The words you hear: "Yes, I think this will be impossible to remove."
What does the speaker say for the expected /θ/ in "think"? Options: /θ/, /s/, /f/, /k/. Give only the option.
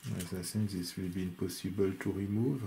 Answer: /s/